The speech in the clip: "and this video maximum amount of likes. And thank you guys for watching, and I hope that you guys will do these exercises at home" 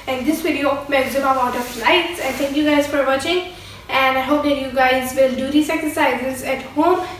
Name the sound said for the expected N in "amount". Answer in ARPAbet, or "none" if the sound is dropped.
none